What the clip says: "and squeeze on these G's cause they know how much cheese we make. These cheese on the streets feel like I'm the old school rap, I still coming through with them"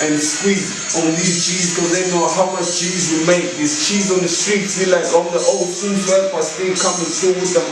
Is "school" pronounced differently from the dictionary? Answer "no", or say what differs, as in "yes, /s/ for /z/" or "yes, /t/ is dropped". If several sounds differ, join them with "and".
yes, /k/ is dropped